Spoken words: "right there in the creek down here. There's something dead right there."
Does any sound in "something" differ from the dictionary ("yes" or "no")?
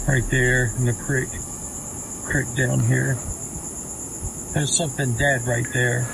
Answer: no